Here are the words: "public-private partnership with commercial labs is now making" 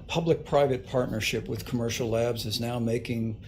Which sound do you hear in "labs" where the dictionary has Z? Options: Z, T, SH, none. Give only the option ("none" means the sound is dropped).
Z